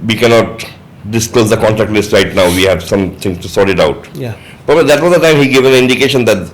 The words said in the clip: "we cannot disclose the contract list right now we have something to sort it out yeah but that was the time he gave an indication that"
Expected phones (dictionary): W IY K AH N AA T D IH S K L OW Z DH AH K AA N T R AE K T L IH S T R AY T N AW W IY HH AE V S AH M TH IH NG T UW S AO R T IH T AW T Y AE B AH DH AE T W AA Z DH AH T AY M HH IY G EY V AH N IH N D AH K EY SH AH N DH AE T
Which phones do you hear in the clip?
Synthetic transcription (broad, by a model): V IY K AH N AA T D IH S K L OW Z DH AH K AA N T R AE K T L IH S T R AY T N AW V IY HH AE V S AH M T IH NG T UW S AO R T IH T AW T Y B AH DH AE T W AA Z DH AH T AY M HH IY G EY V AH N IH N D AH K EY SH AH N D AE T